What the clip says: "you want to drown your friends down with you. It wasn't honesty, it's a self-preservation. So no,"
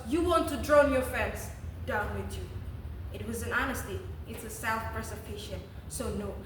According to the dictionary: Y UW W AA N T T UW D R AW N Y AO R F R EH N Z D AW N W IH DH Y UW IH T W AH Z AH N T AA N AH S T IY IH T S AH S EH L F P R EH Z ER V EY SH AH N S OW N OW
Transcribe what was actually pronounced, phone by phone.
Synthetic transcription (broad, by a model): Y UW W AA N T T UW D R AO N Y AO R F EH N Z D AW N W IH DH Y UW IH T W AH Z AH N AA N AH S T IY IH T S AH S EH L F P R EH S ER F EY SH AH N S OW N OW